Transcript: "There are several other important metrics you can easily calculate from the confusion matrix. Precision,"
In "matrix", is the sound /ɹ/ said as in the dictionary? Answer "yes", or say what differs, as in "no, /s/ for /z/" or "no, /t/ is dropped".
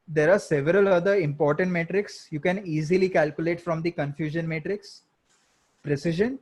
yes